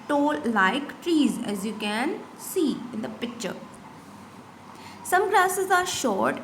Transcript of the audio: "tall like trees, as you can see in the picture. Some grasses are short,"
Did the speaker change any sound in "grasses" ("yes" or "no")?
yes